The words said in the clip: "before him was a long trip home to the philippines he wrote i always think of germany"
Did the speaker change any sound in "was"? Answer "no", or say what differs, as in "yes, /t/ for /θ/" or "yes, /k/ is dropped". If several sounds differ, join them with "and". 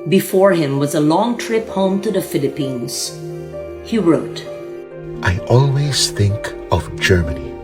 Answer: no